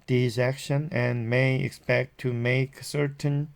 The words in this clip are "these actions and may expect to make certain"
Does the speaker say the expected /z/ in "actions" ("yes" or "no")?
no